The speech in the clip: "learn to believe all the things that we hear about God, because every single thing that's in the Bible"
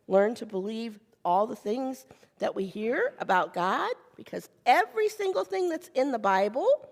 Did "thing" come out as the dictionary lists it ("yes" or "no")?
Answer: yes